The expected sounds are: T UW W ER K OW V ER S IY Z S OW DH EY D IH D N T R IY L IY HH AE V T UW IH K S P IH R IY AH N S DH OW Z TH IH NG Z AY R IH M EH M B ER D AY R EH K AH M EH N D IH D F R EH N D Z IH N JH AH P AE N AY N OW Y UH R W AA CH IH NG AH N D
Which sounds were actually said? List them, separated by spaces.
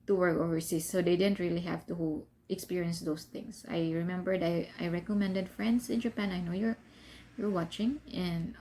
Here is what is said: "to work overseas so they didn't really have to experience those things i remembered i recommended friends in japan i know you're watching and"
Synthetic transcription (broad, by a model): T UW W ER K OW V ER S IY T S OW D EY D IH D N T R IY L IY HH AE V T UW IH K S P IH R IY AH N S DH OW S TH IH NG S AY R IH M EH M B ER D AY R EH K AH M EH N D IH D F R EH N D S IH N JH AH P AE N AY N OW Y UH R W AA CH IH NG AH N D